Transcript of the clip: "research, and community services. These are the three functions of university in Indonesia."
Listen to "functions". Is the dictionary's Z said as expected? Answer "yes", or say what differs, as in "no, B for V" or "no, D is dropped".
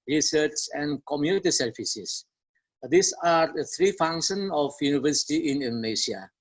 no, Z is dropped